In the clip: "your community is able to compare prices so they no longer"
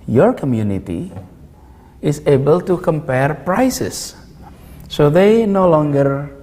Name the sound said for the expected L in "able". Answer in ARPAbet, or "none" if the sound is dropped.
L